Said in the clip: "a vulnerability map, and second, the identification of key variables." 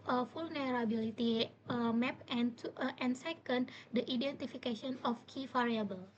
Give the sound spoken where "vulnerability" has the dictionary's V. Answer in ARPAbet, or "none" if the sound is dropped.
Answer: F